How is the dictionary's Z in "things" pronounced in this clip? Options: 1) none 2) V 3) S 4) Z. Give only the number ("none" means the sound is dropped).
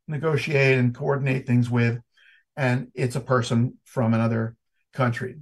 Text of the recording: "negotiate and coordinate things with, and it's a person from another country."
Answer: 4